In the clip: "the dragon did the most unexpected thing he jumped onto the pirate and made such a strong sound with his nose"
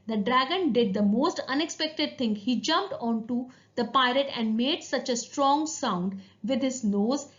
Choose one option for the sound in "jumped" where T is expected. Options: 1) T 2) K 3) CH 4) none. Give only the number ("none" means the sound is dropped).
1